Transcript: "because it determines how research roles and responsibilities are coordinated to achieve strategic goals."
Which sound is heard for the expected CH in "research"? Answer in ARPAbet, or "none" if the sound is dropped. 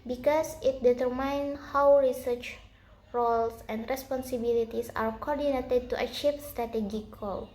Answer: CH